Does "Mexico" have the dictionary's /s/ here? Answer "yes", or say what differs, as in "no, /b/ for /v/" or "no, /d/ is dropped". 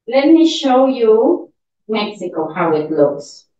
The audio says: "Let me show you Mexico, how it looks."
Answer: yes